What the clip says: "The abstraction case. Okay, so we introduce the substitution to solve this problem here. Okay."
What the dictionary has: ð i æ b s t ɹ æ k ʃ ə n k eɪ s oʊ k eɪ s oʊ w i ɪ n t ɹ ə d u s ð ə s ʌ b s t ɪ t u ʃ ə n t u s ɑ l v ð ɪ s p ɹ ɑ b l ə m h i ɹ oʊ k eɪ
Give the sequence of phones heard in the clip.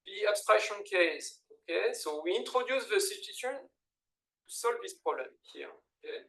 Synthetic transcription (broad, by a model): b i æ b s t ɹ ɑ k ʃ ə n k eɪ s oʊ k eɪ s oʊ w i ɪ n t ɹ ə d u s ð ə s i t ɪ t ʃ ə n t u s ɑ l v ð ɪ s p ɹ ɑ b l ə m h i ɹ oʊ k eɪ